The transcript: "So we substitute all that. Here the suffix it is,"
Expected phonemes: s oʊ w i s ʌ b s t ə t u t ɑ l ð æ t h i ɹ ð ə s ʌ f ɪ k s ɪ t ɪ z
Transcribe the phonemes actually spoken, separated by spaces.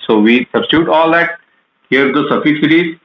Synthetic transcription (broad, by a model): s oʊ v i s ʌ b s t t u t ɑ l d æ t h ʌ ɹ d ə s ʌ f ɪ s ɪ t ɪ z